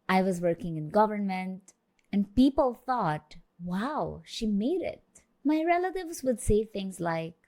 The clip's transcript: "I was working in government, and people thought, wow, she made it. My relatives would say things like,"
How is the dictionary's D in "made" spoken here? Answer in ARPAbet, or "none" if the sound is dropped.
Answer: D